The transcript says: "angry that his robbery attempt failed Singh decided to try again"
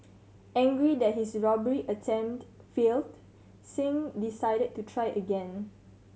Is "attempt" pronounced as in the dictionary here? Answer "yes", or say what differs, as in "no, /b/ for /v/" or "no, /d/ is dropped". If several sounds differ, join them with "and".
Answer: no, /p/ is dropped